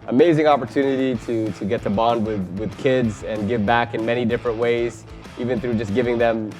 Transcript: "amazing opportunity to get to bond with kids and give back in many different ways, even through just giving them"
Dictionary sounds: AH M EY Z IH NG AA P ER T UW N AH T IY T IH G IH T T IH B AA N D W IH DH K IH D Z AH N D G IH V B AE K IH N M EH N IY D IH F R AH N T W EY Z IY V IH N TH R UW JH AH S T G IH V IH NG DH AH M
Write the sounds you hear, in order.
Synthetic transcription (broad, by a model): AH M EY Z IH NG AA P ER T UW N AH T IY T IH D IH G T IH B AA N D W IH DH K IH D Z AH N G IH V B AE K IH N M EH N IY D IH F R AH N T W EY Z IY V IH N TH R UW JH AH S G IH V IH NG DH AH M